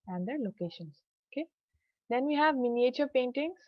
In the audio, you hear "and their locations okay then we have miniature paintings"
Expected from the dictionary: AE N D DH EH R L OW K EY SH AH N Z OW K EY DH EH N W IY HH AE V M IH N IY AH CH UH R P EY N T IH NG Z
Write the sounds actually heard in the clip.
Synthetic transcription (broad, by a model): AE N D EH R L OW K EY SH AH N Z OW K EY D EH N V IY HH AE V M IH N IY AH CH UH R P EY N T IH NG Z